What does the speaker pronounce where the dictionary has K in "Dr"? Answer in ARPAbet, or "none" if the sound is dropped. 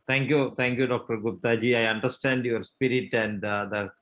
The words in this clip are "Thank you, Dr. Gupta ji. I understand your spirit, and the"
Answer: K